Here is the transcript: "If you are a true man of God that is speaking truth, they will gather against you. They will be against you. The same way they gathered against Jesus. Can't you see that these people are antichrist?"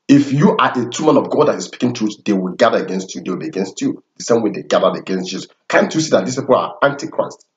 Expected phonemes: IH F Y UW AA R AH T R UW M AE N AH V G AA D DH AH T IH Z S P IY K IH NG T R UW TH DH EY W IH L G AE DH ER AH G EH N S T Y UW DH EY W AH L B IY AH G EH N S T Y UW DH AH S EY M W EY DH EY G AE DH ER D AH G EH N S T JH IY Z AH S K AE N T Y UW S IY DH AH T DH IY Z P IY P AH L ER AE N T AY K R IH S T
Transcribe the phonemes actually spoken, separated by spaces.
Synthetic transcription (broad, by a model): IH F Y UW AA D AH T UW M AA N AH V G AA D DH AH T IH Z S P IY K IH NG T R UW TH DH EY W IH L G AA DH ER AH G EH N S T Y UW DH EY W AH L B IY AH G EH N S T Y UW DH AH S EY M W EY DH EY G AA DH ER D AH G EH N S T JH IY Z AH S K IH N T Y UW S IY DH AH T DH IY S P IY P AH L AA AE N T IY K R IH S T